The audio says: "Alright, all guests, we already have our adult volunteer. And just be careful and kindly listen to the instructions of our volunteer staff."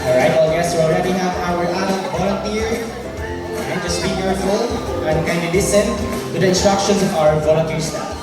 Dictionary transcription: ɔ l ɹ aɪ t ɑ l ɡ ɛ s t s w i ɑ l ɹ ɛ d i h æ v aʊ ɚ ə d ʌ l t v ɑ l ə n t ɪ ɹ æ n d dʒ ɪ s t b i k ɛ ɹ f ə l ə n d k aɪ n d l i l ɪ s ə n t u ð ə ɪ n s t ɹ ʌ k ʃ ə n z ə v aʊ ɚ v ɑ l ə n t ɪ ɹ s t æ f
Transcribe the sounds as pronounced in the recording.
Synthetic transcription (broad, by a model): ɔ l ɹ aɪ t ɑ l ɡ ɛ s s w i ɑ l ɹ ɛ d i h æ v aʊ ɚ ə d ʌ t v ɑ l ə n t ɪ ɹ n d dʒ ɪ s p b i k ɛ ɹ f ə l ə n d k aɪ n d i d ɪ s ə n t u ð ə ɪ n s t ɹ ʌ k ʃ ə n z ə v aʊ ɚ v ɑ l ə n t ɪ ɹ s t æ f